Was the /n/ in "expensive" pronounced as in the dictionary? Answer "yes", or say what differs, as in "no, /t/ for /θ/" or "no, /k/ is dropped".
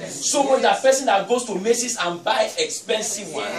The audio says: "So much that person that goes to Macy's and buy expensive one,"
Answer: yes